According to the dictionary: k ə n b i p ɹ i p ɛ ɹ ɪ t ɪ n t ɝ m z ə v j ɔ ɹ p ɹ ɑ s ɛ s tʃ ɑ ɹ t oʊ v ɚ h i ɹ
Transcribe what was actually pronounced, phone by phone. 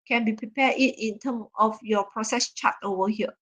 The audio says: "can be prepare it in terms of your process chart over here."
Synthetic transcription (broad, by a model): k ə n b i p ɹ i p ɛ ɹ ɪ t ɪ n t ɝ m ə f j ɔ p ɹ ɑ s ɛ s tʃ ɑ t oʊ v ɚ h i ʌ